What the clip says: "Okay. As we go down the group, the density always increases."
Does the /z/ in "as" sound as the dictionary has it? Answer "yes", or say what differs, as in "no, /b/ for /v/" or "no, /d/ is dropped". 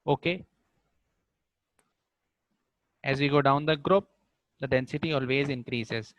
yes